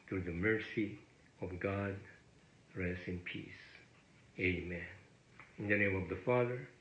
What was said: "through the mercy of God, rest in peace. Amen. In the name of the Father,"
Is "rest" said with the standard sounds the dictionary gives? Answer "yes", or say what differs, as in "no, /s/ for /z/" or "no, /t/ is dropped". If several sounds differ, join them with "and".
yes